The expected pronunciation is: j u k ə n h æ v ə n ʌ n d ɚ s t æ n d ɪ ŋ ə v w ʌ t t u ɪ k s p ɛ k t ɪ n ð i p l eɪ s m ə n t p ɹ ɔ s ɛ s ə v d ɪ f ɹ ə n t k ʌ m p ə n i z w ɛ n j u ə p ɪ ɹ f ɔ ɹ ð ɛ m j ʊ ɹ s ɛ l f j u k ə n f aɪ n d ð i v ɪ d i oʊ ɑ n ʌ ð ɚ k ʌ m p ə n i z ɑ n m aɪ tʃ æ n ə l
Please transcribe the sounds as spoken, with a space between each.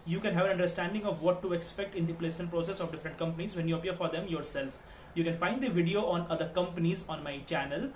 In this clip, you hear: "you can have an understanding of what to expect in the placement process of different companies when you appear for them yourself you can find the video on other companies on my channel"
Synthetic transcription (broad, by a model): j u k ə n h æ v ə n ʌ n d ɚ s t æ n d ɪ ŋ ə v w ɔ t t u ɪ k s p ɛ k t ɪ n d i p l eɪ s ə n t p ɹ ɔ s ɛ s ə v d ɪ f ɹ ə n t k ʌ m p ə n i z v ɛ n j u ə p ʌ ɹ f ɔ ɹ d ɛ m j ʊ ɹ s ɛ l f j u k ə n f aɪ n d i v ɪ d i oʊ ɑ n ʌ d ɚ k ʌ m p ə n i z ɑ n m aɪ tʃ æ n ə l